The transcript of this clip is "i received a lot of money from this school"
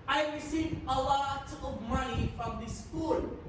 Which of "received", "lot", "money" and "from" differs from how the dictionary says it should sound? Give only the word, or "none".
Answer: received